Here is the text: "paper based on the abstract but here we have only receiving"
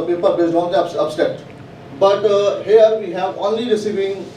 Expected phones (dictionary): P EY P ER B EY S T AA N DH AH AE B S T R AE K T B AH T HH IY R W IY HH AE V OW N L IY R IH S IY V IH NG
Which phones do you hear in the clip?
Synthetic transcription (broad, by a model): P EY P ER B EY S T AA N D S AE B S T EH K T B AH T HH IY R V IY HH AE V OW N L IY R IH S IY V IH NG